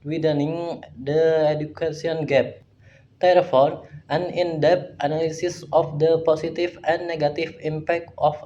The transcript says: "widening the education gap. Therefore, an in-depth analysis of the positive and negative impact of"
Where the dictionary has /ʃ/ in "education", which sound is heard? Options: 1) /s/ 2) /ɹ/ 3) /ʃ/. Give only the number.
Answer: 1